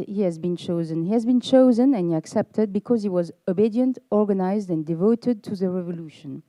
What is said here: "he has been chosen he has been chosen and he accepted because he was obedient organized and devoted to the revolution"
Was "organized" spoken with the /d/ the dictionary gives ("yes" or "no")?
yes